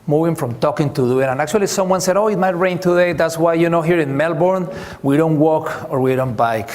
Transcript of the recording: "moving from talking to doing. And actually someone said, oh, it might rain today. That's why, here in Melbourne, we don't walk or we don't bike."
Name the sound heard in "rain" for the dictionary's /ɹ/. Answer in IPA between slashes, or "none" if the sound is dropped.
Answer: /ɹ/